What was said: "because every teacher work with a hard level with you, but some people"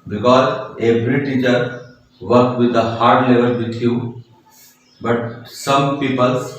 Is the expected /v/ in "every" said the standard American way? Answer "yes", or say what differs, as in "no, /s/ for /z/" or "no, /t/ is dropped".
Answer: no, /b/ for /v/